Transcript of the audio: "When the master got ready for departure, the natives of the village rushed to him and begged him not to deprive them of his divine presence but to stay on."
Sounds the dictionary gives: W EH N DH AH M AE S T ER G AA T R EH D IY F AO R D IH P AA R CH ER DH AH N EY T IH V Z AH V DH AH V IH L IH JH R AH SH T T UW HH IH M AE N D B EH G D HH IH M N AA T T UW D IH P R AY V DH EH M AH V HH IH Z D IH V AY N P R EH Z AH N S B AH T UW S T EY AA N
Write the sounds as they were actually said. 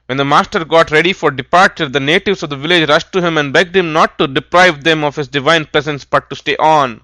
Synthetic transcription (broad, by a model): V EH N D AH M AE S T ER G AA T R EH D IY F AO R D IH P AA R CH ER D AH N EY T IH V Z AH V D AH V IH L IH JH R AH SH T T UW HH IH M AE N D B EH G D HH IH M N AA T T UW D IH P R AY V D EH M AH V HH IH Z D IH V AY N P R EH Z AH N S B AH T UW S T EY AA N